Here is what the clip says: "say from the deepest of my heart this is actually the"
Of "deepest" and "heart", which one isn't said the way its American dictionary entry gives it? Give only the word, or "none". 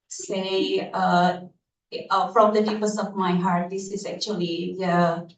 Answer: deepest